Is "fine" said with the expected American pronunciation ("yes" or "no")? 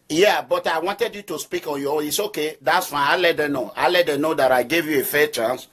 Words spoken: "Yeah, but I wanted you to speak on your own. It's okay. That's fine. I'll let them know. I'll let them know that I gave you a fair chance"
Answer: no